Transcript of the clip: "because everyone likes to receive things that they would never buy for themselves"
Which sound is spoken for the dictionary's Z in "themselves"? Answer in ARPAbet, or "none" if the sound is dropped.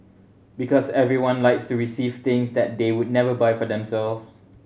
none